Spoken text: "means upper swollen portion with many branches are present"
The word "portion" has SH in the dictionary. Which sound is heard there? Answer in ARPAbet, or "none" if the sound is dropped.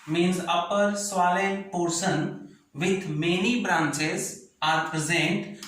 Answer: S